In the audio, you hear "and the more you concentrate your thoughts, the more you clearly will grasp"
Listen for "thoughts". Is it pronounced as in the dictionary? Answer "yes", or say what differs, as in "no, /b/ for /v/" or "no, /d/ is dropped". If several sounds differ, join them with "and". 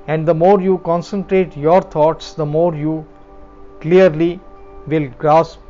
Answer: no, /t/ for /θ/